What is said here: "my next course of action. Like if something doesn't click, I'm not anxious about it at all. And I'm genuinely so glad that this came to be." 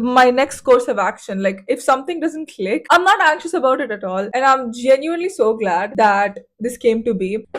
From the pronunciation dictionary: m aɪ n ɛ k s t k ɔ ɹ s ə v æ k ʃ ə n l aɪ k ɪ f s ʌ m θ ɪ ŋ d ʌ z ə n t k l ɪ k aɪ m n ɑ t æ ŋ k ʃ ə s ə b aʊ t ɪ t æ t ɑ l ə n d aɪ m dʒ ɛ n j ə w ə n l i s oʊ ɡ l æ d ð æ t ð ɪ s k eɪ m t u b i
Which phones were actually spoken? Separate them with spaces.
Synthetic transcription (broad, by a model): m aɪ n ɛ k s t k ɔ ɹ s ə v æ k ʃ ə n l aɪ k ɪ f s ʌ m t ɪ ŋ d ʌ z ə n t k l ɪ k aɪ m n ɑ t æ ŋ k ʃ ə s ə b aʊ t ɪ t æ t ɑ l ə n d aɪ m dʒ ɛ n j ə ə n l i s oʊ ɡ l æ d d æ t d ɪ s k eɪ m t u b i